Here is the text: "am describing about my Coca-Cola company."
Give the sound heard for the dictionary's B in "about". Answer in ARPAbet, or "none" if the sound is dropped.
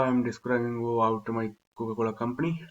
none